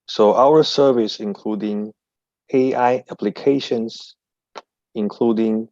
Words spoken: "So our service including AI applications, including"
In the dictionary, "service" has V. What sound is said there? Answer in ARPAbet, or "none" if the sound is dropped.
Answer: V